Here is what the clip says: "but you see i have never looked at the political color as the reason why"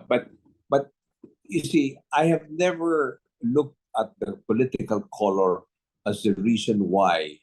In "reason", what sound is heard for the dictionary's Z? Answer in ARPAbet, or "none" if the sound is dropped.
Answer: S